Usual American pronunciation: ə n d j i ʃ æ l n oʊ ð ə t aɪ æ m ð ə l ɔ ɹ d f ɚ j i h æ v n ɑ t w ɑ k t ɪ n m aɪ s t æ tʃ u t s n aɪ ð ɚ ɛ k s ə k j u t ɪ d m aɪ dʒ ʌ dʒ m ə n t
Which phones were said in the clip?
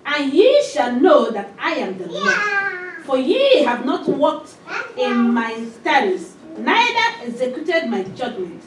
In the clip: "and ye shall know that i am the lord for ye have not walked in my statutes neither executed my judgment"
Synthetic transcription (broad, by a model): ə n j i ʃ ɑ l n oʊ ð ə t aɪ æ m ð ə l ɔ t f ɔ j i h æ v n ɑ t w ɑ k t ɪ n m aɪ s t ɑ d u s n aɪ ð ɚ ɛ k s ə k j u t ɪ d m aɪ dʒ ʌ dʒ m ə n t